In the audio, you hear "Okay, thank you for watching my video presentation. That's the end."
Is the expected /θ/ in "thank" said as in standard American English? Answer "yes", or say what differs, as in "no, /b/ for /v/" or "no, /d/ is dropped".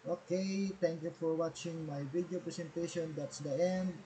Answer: no, /t/ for /θ/